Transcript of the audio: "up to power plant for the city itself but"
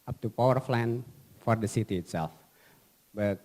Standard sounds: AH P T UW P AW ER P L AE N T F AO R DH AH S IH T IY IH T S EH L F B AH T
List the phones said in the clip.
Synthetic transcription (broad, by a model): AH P T UW P AW ER F L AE N F AO R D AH S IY T IY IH T S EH L F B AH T